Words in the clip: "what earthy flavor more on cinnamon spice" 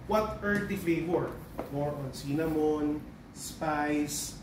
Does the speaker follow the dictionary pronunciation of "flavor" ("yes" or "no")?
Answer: no